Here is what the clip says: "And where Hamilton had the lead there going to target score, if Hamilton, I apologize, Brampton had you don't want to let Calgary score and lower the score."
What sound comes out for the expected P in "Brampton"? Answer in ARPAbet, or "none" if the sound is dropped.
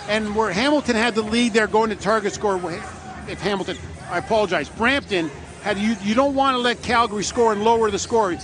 P